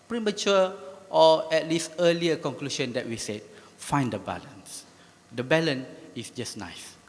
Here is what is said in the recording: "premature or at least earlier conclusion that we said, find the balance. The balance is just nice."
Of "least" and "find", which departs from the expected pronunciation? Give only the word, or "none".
none